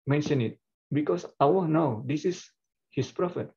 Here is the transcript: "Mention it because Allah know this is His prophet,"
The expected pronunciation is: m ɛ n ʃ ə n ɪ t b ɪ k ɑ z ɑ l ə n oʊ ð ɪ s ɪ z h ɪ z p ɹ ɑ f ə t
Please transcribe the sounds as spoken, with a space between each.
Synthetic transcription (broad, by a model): m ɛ n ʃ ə n ɪ t b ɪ k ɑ s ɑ w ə n oʊ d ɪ s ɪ s h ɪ s p ɹ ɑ f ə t